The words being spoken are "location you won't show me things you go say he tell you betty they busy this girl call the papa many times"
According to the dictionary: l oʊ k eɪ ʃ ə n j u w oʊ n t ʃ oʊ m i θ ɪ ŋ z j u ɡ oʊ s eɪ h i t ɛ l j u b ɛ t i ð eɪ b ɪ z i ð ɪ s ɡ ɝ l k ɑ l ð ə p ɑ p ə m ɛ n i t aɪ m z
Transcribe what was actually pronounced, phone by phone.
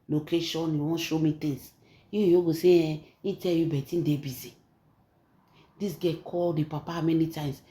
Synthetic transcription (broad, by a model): l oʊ k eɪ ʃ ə n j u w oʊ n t ʃ oʊ m i t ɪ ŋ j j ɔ ɡ oʊ s eɪ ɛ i t ɛ l j u b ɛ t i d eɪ b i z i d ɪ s ɡ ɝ k ɑ l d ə p ɑ p ə m ɛ n i t aɪ m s